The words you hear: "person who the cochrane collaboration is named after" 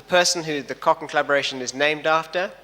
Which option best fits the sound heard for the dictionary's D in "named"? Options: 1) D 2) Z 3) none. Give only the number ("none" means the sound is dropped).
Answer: 1